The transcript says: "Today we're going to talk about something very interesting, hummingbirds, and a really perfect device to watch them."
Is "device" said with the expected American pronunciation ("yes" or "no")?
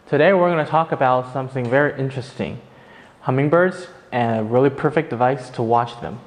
yes